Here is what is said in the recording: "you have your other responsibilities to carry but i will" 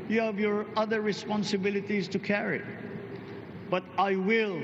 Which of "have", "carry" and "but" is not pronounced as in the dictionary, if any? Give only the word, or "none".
none